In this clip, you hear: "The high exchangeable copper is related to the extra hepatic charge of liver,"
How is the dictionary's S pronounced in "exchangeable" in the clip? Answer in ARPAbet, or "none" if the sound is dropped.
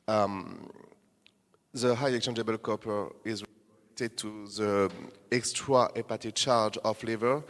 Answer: none